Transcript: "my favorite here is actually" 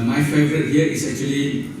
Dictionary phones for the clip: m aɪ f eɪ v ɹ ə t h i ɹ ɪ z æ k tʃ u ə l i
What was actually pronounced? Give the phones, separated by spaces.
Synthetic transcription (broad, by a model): m aɪ f eɪ v ɹ ə t h i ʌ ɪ s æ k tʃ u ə l i